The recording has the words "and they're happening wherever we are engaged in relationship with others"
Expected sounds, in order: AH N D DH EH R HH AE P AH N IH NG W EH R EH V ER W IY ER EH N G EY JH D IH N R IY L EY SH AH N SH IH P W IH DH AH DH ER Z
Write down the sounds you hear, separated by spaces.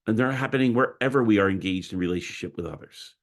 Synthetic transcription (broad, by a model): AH N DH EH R HH AE P AH N IH NG W EH R EH V ER W IY ER EH N G EY JH D IH N R IY L EY SH AH N SH IH P W IH DH AH DH ER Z